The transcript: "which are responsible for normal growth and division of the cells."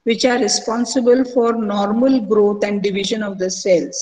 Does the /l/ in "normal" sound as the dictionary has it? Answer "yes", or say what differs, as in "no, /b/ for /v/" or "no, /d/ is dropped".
yes